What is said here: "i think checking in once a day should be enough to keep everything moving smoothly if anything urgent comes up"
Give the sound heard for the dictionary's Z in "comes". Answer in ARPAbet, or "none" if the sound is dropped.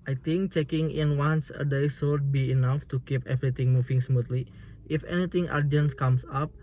S